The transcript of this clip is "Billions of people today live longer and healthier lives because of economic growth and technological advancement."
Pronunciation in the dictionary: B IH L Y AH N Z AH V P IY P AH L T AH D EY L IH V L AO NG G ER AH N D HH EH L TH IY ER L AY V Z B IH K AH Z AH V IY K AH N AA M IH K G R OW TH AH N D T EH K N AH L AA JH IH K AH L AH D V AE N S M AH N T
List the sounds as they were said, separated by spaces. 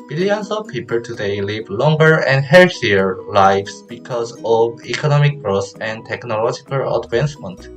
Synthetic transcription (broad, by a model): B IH L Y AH N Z AH V P IY P AH L T AH D EY L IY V L AO NG G ER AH N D HH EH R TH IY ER L AY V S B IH K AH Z AH V IY K AH N AA M IH K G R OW S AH N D T EH K N AH L AA JH IH K AH L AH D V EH N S M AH N T